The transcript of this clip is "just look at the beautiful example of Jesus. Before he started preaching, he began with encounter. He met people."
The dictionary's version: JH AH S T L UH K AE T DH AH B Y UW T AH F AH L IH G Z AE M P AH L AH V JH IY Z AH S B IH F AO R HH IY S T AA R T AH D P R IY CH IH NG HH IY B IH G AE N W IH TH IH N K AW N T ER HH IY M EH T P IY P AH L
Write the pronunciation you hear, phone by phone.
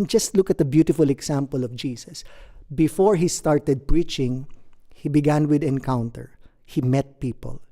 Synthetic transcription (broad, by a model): JH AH S T L UH K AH T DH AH B Y UW T AH F AH L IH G S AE M P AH L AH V JH IY S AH S B IH F AO R HH IY S T AA R T AH D P R IY CH IH NG HH IY B IH G AE N W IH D IH N K AW N T ER HH IY M EH T P IY P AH L